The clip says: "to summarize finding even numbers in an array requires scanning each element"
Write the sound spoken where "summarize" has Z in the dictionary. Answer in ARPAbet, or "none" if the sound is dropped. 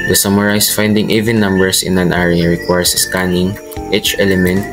S